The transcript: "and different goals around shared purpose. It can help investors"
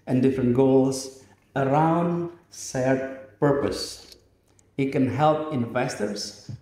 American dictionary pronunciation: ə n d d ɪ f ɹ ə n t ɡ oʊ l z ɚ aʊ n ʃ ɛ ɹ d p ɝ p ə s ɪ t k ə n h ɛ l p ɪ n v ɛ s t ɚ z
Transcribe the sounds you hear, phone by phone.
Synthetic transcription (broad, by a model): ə n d d ɪ f ɹ ə n t ɡ oʊ l s ɚ aʊ n s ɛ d p ɝ p ə s ɪ t k ə n h ɛ l p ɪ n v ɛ s t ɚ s